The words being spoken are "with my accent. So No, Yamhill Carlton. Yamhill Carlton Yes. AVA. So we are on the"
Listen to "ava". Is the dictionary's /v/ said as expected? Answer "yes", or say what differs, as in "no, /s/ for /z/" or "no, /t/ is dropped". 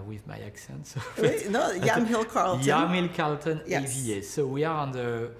no, /v/ is dropped